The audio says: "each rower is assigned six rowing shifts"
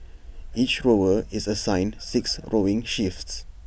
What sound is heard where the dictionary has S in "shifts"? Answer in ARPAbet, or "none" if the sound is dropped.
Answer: S